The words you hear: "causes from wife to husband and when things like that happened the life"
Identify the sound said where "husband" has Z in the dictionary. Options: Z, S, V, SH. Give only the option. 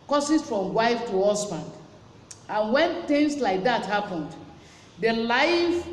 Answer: S